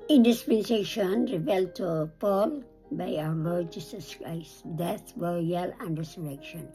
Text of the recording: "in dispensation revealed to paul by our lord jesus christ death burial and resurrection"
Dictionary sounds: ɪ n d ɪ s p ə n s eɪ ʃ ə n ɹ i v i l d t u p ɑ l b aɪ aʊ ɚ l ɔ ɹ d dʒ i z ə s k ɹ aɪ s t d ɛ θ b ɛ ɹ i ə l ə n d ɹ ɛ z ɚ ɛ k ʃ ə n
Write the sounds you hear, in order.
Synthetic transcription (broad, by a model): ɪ n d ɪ s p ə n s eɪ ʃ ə n ɹ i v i l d t u p ɑ l b aɪ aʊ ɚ l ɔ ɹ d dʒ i s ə s k ɹ aɪ s t d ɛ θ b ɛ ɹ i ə l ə n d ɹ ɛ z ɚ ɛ k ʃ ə n